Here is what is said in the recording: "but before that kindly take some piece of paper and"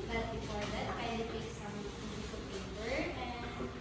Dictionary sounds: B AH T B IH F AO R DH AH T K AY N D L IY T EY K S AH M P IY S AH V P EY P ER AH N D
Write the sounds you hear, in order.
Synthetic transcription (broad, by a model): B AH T B IH F AO R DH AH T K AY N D IY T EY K S AH M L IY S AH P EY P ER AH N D